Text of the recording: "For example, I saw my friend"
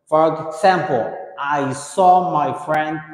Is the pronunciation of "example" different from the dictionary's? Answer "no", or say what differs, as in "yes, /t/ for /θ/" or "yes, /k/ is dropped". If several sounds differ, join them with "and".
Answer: yes, /s/ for /z/